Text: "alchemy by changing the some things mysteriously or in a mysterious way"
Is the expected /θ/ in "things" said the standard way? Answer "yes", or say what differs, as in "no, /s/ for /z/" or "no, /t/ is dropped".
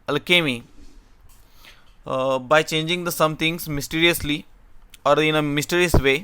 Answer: no, /t/ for /θ/